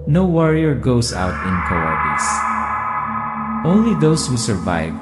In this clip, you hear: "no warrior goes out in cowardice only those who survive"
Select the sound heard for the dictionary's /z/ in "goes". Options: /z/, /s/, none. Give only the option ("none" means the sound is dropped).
/s/